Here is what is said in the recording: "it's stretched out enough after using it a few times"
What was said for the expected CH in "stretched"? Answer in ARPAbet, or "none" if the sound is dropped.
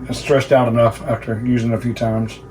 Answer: S